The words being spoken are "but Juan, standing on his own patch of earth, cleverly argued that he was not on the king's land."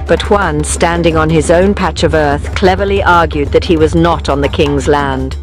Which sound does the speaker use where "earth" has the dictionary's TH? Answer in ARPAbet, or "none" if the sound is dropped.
TH